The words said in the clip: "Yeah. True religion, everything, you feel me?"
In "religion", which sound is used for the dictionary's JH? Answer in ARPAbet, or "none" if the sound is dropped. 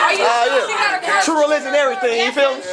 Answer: Z